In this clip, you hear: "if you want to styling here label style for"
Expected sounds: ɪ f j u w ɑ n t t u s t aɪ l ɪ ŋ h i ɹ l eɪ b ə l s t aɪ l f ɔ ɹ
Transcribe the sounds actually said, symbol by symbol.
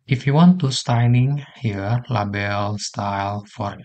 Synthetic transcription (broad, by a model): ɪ f j u w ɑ n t t u s t aɪ n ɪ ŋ h i ɹ l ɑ b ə l s t aɪ l f ɔ ɹ